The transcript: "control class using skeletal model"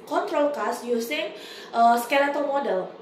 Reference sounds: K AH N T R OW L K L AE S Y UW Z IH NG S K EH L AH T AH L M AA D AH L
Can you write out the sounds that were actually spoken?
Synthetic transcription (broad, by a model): K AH N T R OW L K AA S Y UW S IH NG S K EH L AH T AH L M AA D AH L